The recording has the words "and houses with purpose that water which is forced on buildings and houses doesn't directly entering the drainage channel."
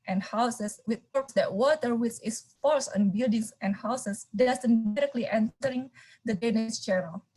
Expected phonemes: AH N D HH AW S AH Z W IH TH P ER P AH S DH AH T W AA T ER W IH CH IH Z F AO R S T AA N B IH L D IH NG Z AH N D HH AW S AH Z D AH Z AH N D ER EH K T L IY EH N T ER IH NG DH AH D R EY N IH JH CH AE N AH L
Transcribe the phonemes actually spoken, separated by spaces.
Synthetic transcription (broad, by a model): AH N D HH AW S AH S W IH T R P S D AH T W AA T ER W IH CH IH S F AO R S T AA N B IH L D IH NG S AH N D HH AW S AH S D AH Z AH N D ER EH K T L IY EH N T ER IH NG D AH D EY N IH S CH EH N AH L